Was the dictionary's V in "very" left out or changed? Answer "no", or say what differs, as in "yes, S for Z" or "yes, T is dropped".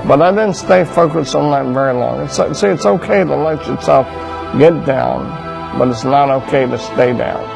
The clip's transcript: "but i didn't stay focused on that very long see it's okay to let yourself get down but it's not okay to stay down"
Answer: no